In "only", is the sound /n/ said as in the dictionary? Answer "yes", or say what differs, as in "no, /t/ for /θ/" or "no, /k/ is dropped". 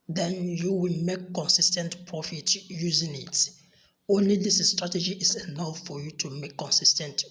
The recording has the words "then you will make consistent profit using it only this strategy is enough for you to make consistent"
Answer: yes